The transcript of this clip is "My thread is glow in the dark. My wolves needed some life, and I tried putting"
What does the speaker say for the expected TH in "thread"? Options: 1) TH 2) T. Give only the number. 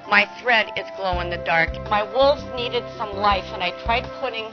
1